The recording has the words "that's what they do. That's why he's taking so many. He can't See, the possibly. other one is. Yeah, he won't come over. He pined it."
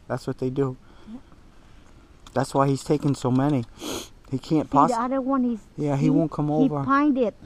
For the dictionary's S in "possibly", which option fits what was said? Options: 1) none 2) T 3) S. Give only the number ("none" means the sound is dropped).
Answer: 1